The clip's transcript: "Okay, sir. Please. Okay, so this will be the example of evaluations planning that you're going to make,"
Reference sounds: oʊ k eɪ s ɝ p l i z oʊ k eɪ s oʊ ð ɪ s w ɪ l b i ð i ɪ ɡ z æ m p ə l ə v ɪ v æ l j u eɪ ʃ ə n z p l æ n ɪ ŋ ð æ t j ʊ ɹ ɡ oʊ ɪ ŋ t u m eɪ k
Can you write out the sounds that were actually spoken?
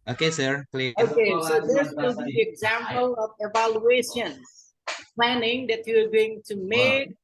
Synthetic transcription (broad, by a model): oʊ k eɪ s ɝ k l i oʊ k eɪ s oʊ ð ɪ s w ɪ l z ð i ɪ ɡ z æ m p ə l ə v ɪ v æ l j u eɪ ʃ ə n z p l æ n ɪ ŋ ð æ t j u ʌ ɡ oʊ ɪ ŋ t u m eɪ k